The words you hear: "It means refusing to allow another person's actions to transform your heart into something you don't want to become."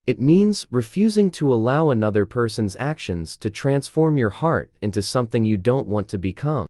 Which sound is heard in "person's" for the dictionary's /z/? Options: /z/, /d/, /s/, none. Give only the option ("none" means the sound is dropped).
/z/